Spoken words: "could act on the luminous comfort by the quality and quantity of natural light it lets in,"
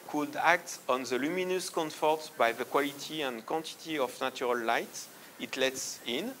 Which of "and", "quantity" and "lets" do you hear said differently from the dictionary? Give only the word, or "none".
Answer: none